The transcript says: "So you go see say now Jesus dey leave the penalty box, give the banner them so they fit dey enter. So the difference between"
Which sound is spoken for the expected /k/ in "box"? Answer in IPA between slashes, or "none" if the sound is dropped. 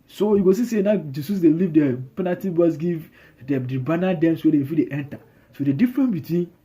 none